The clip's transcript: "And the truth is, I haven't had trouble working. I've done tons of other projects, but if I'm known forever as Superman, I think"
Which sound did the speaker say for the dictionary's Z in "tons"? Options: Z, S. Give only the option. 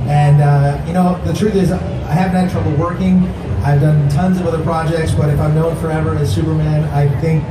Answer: Z